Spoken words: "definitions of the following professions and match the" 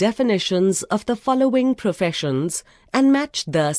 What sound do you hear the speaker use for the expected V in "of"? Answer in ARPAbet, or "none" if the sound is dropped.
V